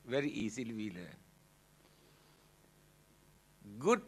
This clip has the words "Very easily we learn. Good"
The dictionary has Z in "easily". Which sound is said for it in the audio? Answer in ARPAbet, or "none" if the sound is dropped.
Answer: S